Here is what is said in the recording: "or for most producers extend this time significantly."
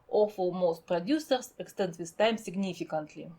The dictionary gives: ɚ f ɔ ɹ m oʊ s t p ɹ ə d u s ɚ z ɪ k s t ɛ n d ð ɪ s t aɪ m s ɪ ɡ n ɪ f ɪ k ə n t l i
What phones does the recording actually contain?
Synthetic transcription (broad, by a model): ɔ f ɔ l m oʊ s t p ɹ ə d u s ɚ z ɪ k s t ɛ n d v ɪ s t aɪ m s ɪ ɡ n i f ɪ k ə n t l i